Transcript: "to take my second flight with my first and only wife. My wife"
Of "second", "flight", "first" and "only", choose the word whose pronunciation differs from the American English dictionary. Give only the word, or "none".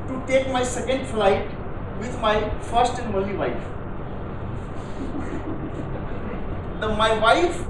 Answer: only